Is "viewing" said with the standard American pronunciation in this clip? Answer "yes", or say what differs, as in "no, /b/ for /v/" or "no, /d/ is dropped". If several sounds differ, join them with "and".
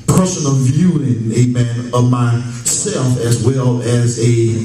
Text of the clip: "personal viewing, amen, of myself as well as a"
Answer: yes